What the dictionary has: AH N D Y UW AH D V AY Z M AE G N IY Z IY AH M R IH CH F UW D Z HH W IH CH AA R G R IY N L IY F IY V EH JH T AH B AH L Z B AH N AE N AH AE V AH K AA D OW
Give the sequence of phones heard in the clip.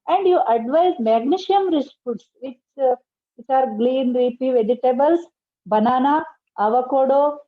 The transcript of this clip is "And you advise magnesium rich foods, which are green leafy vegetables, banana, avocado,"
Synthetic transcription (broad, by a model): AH N D Y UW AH D V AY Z M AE G N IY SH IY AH M R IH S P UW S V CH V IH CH AA R G L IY N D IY P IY V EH JH T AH B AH L S B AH N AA N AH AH V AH K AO D OW